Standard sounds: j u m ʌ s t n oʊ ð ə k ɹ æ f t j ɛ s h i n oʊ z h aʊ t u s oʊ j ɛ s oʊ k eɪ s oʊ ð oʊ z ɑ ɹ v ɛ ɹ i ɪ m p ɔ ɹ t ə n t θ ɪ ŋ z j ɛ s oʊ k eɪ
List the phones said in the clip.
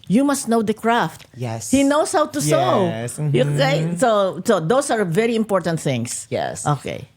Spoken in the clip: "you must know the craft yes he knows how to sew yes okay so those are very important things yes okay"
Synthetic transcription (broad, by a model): j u m ʌ s t n oʊ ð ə k ɹ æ f t j ɛ s h i n oʊ s h aʊ t u s oʊ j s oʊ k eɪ s oʊ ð oʊ s ɑ ɹ v ɛ ɹ i ɪ m p ɔ ɹ t ə n t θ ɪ ŋ s j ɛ s oʊ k eɪ